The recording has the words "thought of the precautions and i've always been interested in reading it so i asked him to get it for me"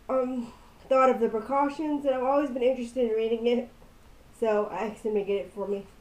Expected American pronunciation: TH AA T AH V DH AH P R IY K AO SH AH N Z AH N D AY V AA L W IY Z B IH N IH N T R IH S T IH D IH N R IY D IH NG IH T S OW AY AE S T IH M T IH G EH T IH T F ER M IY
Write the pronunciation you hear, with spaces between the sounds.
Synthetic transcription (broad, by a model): TH AA T AH V DH AH P R IY K AO SH AH N Z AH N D AY V AA L W IY Z B IH N IH N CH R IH S T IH D IH N R IY D IH NG IH T S OW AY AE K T IH M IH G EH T IH T F ER M IY